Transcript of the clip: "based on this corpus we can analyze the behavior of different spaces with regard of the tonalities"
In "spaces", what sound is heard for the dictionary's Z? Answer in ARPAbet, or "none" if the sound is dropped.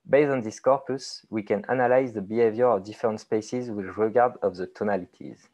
Z